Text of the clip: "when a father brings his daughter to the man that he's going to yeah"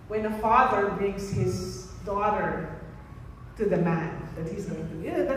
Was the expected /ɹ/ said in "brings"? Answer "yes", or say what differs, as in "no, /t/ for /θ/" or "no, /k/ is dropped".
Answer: yes